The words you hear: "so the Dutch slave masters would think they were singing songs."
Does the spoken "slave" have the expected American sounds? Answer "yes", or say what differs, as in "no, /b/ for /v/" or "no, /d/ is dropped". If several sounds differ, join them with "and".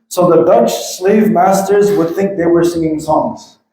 yes